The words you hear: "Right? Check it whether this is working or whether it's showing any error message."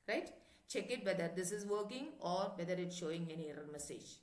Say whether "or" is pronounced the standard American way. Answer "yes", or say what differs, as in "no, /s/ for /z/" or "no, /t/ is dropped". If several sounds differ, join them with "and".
yes